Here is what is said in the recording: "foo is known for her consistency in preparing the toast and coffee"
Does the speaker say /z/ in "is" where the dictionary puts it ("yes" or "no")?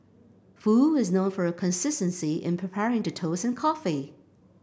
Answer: yes